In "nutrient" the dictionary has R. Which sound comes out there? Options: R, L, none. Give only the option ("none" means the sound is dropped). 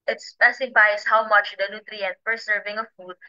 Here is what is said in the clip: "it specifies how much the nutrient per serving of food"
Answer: R